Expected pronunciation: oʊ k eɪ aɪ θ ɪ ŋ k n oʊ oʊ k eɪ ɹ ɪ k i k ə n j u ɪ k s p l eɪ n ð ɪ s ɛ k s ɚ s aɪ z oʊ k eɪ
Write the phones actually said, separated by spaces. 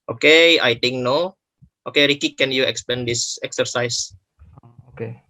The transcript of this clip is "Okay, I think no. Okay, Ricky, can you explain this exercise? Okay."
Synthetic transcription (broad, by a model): oʊ k eɪ aɪ t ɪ ŋ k n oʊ oʊ k eɪ ɹ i k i k ə n j u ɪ k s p eɪ n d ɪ s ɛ k s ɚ s aɪ s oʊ k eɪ